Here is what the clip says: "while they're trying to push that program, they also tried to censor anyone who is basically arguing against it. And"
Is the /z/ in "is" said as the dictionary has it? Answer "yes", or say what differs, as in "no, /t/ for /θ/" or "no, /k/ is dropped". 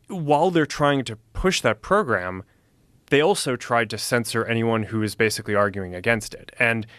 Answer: yes